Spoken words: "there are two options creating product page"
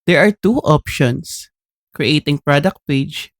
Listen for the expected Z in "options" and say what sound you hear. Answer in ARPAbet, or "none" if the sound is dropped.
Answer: S